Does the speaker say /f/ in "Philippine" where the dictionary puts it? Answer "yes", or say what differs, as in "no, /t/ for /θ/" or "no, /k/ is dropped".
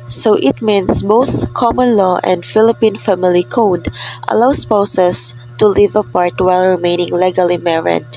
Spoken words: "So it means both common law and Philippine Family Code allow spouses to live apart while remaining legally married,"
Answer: yes